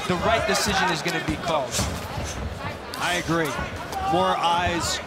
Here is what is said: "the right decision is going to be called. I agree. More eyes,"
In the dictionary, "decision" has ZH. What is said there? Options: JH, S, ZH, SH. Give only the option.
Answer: ZH